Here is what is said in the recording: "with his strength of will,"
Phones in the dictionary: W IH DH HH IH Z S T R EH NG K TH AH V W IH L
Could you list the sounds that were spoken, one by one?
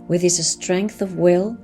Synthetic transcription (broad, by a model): W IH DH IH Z S T R EH NG K TH AH V W IH L